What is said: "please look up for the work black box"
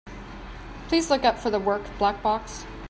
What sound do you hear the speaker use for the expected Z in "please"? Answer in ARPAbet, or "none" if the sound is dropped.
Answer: Z